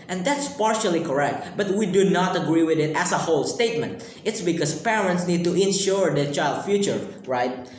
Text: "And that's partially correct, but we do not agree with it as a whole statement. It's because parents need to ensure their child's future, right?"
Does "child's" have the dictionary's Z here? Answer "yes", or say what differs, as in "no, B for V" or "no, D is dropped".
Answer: no, Z is dropped